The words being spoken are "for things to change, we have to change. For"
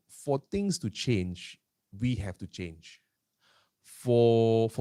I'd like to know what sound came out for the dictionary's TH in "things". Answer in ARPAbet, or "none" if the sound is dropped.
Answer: T